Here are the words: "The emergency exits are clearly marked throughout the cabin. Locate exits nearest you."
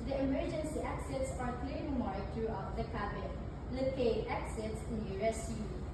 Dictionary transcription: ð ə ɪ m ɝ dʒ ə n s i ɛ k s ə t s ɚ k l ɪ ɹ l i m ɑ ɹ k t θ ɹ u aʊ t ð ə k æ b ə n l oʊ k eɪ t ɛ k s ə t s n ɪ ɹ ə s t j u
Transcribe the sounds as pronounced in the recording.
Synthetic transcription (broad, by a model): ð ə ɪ m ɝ dʒ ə n s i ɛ k s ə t s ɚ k l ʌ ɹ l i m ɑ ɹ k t ɹ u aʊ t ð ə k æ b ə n l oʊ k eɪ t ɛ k s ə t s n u ə s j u